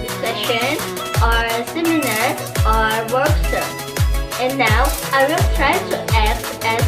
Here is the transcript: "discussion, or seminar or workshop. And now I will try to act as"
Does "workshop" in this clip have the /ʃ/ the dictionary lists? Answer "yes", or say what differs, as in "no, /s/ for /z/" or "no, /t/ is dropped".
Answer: no, /s/ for /ʃ/